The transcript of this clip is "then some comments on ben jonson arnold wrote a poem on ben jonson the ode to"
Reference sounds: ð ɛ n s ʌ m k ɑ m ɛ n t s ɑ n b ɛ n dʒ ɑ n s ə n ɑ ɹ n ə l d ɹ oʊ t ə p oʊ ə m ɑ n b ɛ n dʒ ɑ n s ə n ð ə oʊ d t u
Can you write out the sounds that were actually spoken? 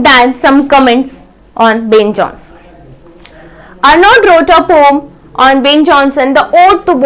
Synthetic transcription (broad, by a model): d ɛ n s ʌ m k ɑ m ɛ n t s ɑ n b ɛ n dʒ ɑ n s ə n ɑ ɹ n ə d ɹ oʊ t ə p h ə m ɑ n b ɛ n dʒ ɑ n s ə n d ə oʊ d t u